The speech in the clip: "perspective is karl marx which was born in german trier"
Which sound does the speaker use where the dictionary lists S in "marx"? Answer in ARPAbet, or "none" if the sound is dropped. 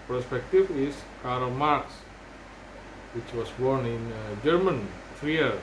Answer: S